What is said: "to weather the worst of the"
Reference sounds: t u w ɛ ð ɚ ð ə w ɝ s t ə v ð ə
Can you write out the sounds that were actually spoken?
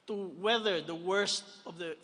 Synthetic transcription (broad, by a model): t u w ɛ ð ɚ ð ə w ɝ s t ə v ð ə